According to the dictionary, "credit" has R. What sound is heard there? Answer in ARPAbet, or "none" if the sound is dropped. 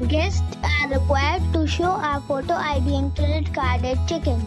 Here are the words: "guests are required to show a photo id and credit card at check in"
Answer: L